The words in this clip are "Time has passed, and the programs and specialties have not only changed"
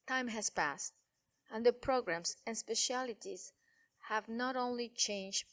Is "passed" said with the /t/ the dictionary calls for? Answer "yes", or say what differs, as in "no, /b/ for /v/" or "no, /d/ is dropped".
yes